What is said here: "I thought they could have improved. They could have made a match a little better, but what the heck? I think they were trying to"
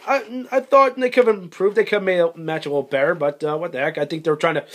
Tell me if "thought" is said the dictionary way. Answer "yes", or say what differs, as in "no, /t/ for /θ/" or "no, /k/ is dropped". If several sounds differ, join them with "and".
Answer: yes